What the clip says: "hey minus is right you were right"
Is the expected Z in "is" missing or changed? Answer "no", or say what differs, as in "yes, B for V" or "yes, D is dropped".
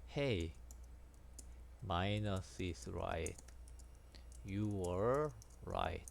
yes, S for Z